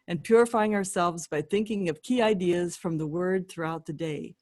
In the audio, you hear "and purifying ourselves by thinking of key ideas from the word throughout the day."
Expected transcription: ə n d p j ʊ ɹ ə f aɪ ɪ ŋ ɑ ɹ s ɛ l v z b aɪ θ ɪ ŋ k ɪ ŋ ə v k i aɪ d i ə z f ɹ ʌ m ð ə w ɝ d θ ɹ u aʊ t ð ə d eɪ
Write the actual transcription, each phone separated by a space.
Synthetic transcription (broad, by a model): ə n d p j ʊ ɹ ə f aɪ ɪ ŋ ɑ ɹ s ɛ l v z b aɪ θ ɪ ŋ k ɪ ŋ ə v k i aɪ d i ə z f ɹ ʌ m ð ə w ɝ d θ ɹ u aʊ t ð ə d eɪ